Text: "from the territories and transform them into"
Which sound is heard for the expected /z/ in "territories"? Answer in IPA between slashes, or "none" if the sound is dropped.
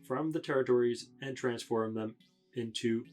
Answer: /z/